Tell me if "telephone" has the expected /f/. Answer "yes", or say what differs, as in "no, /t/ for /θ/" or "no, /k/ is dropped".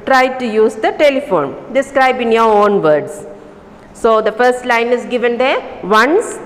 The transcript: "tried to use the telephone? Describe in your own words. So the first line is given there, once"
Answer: yes